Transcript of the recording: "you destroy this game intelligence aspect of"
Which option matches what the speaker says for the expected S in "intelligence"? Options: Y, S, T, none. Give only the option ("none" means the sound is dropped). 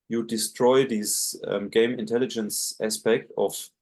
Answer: S